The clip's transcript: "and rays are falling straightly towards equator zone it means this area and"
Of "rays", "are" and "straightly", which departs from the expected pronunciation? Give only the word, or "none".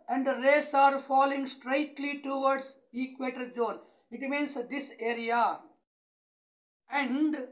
rays